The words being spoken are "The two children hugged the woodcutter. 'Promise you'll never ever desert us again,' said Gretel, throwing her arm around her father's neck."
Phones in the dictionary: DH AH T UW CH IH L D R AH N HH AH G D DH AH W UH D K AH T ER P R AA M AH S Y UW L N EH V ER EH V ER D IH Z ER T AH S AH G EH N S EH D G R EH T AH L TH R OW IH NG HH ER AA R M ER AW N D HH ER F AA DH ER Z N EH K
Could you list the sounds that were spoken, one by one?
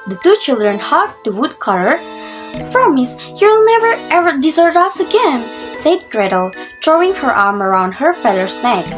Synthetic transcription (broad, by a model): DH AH T UW CH IH L D R AH N HH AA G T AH W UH D K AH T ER P R AA M AH S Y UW L N EH V ER EH V ER D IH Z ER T AH S AH G EH N S EH D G R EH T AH L T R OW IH NG HH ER AA R M ER AW N D HH ER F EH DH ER S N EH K